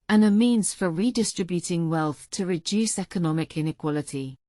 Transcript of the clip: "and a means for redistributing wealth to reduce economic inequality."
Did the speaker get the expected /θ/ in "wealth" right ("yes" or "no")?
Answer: yes